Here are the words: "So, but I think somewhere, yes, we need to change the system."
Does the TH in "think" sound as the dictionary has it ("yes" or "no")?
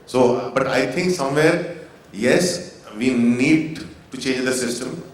no